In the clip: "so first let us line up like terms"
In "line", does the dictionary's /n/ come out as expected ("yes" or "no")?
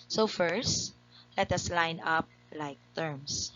yes